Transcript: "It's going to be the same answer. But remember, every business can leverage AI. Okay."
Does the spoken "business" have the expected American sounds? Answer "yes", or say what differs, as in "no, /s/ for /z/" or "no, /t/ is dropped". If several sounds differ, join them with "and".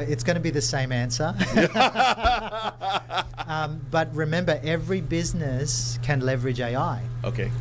yes